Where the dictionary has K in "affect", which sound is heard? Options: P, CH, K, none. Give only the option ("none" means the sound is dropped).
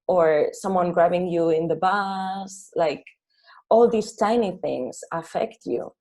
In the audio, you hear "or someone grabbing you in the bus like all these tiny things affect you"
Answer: K